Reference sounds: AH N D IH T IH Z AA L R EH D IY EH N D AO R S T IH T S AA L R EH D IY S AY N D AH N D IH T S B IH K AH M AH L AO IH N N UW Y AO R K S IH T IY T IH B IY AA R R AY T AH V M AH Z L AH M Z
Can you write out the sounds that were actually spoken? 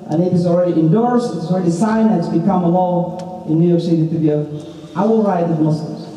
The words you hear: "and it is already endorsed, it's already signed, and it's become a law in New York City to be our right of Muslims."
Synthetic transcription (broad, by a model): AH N IH T IH Z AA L R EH D IY EH N D AO R S T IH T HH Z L R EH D IY S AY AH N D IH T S B IH K AH M AH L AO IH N N UW Y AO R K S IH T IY T IH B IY AA L R AY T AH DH M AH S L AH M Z